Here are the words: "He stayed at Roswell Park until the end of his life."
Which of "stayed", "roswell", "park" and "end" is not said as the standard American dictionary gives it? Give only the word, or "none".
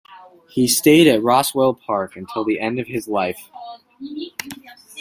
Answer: none